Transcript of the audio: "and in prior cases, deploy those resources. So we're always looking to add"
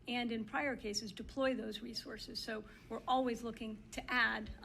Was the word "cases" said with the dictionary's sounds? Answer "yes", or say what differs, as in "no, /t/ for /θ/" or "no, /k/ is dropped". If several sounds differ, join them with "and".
yes